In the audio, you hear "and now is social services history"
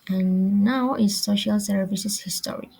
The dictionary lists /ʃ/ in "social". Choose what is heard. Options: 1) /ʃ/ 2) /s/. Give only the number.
1